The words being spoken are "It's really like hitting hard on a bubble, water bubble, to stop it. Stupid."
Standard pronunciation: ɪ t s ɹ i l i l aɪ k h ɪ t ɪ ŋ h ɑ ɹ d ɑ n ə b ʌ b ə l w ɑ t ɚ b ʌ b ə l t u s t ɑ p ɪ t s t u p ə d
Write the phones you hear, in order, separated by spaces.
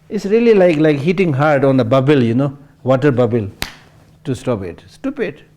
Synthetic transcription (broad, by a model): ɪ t s ɹ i l i l aɪ k h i t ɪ ŋ h ɑ ɹ d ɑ n ə b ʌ b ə l w ɑ t ɚ b ʌ b ə l t u s t ɑ p ɪ t s t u p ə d